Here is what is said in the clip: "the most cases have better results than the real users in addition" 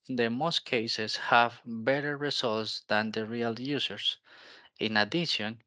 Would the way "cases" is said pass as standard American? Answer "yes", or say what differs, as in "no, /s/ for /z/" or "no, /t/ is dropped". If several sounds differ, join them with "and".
no, /s/ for /z/